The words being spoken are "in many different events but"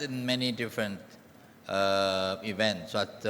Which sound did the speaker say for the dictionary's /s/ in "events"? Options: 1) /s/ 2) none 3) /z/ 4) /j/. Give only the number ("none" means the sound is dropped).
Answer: 1